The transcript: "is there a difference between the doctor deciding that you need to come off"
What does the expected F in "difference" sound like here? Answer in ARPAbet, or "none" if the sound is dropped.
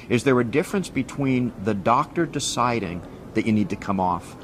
F